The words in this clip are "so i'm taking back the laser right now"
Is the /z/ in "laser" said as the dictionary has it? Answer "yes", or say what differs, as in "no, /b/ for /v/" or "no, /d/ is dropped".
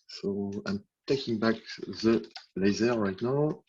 yes